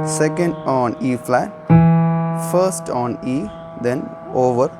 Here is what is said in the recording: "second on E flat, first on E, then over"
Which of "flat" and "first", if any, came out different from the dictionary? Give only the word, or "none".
none